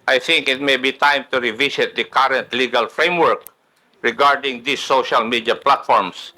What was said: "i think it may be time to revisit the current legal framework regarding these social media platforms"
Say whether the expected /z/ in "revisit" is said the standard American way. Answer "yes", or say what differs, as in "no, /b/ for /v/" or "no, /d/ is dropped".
no, /s/ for /z/